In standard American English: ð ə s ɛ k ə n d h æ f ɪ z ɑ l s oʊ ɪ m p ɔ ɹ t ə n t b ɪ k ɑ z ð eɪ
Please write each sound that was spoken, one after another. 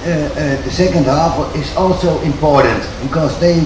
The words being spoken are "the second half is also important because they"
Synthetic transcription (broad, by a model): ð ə s ɛ k ə n d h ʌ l ɪ z ɑ l s oʊ ɪ m p ɔ ɹ t ə n t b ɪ k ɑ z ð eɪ